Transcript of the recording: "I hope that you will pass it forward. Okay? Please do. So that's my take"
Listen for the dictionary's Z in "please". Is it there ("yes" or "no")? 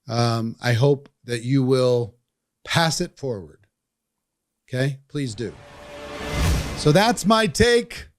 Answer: yes